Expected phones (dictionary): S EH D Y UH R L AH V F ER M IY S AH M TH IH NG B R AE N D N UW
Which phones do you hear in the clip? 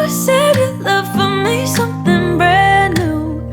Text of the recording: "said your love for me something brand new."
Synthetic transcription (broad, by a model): S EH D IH L AH V F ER M IY S AH M TH IH NG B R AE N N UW